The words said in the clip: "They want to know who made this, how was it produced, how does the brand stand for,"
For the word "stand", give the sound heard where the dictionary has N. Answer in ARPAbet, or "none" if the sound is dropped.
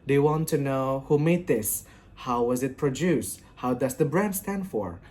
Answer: N